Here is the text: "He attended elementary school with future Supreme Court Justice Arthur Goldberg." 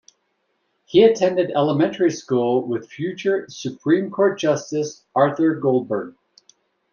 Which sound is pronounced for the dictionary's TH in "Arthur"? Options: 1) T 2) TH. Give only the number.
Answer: 2